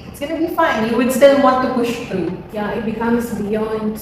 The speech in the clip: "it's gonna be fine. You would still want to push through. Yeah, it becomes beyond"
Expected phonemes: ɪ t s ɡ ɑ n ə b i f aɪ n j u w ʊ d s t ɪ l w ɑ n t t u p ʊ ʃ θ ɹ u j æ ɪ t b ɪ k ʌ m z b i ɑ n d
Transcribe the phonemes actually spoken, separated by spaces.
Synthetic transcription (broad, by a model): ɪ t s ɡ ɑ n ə b i f aɪ n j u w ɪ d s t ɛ n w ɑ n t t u p ʊ ʃ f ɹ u j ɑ ɪ t b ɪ k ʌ m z b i ɑ n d